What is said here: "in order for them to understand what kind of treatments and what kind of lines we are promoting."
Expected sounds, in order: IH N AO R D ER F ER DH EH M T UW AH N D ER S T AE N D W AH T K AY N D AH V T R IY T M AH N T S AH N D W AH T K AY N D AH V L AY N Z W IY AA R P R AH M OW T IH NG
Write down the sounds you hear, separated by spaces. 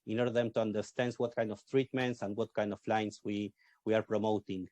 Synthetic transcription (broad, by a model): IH N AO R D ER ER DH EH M T UW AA N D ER S T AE N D W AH T K AY N D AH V T R IY T M AH N T S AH N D W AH T K AY N D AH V L AY N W W IY AA R P R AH M OW T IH NG